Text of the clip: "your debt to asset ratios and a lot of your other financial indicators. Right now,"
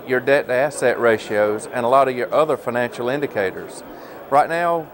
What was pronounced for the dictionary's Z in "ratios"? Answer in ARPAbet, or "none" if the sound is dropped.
Z